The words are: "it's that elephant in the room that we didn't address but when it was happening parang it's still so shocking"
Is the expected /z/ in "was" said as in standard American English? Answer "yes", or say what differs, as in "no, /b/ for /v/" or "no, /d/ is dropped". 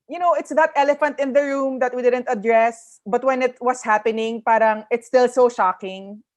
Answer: no, /s/ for /z/